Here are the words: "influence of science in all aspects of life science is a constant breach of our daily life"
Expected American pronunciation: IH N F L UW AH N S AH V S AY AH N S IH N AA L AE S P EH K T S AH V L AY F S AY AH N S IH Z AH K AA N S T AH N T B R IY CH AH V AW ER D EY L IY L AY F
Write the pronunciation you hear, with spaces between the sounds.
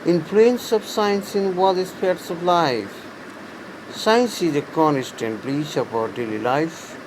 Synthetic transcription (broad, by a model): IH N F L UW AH N S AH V S AY AH N S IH N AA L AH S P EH T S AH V L AY F S AY AH N S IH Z AH K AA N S T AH N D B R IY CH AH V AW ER D EY L IY L AY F